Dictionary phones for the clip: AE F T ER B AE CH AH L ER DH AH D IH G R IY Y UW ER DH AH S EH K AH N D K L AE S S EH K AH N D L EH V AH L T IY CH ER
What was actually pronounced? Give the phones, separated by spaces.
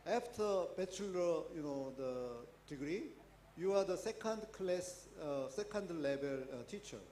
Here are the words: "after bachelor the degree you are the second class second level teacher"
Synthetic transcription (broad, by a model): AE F T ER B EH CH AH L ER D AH D IH G R IY Y UW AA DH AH S EH K AH N D K L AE S S EH K AH N D L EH B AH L T IY CH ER